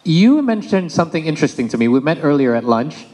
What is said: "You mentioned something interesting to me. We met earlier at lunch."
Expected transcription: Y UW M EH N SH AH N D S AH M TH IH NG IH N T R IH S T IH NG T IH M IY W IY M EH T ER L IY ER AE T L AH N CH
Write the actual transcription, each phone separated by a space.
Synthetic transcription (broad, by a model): Y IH M EH N SH AH N D S AH M TH IH NG IH N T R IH S T IH NG T IH M IY W IY M EH T ER L IY ER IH T L AH N CH